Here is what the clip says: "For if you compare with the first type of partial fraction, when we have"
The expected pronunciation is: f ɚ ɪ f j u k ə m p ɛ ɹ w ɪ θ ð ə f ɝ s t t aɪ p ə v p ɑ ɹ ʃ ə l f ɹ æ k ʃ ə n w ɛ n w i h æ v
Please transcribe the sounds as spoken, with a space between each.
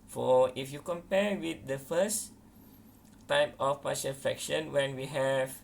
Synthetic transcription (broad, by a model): f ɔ ɪ f j u k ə m p ɛ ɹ w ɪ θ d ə f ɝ s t t aɪ p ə f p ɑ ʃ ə n f ɛ k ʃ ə n w ɛ n w i h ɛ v